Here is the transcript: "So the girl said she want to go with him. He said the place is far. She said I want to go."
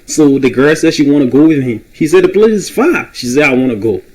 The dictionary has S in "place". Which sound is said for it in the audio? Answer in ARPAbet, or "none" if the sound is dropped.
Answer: none